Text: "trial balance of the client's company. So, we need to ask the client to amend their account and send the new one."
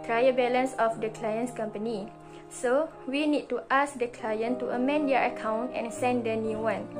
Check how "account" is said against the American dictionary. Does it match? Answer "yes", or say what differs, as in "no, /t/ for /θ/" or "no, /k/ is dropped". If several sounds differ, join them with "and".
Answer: yes